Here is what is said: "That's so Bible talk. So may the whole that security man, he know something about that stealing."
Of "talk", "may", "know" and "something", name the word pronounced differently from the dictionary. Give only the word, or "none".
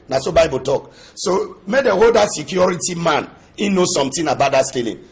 something